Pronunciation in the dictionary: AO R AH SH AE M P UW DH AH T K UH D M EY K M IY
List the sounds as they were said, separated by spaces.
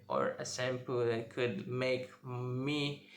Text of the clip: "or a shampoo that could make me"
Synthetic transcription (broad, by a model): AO R AH S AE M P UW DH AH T K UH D M EY K M IY